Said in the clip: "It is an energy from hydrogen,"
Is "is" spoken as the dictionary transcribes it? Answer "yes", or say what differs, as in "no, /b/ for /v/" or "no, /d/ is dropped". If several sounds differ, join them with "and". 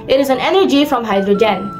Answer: yes